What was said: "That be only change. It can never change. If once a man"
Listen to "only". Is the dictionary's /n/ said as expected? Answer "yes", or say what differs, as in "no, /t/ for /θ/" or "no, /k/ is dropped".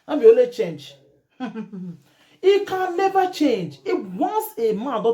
no, /n/ is dropped